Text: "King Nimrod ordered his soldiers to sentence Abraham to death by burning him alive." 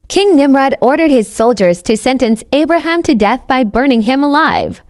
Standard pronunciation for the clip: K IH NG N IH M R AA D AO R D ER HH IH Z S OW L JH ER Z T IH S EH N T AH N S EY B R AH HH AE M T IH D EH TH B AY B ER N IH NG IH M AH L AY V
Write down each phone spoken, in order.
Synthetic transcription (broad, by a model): K IH NG N IH M R AA D AO R D ER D IH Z S OW L JH ER Z T IH S EH N T AH N S EY B R AH HH AE M T IH D EH TH B AY B ER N IH NG IH M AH L AY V